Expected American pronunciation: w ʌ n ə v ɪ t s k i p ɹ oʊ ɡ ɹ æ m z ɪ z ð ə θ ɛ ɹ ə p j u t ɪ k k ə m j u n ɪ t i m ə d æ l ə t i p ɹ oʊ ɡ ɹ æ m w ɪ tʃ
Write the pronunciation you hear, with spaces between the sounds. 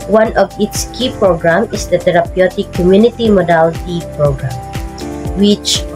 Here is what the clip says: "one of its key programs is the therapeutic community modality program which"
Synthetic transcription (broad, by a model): w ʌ n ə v ɪ t s k i p ɹ oʊ ɡ ɹ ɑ m ɪ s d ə t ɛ ɹ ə p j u t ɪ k k ə m j u n ɪ t i m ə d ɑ l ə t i p ɹ oʊ ɡ ɹ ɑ m w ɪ tʃ